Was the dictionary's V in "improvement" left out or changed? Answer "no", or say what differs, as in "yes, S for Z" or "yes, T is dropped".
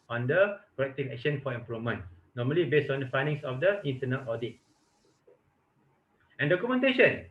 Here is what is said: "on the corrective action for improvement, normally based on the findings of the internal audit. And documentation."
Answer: yes, V is dropped